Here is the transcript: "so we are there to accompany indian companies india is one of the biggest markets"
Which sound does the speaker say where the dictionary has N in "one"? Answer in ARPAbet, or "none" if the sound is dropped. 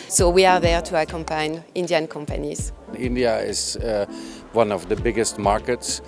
N